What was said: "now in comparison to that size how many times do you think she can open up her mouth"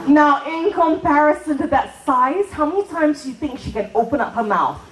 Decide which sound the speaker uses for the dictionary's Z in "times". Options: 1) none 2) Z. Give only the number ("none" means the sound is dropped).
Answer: 2